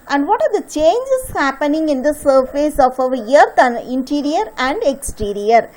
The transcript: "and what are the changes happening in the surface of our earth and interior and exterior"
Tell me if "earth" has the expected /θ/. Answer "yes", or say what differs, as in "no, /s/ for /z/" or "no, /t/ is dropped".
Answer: no, /t/ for /θ/